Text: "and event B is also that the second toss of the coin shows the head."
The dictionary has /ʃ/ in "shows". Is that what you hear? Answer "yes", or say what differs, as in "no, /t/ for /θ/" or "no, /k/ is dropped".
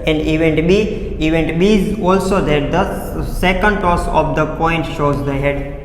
yes